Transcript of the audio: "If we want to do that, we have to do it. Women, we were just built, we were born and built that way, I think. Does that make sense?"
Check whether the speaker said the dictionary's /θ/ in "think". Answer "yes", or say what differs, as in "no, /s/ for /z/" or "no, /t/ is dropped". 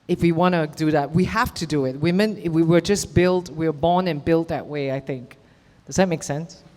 yes